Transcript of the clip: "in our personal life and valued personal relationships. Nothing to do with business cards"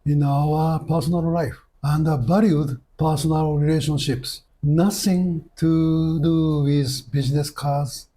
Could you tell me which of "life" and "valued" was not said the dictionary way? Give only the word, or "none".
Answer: valued